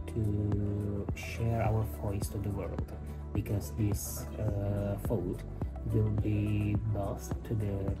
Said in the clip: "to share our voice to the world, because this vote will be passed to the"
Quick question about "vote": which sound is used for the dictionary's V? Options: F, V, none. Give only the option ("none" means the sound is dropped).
F